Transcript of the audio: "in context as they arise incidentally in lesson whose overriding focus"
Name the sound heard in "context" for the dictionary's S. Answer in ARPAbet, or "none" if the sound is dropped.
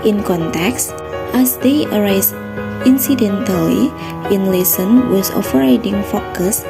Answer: S